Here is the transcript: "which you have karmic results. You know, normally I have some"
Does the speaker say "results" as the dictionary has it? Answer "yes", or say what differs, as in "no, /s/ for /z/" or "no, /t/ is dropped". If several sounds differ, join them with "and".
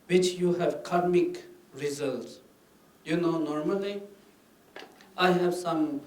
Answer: yes